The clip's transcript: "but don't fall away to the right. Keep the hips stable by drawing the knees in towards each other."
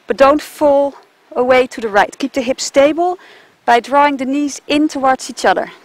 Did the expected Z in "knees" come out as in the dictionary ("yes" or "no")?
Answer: yes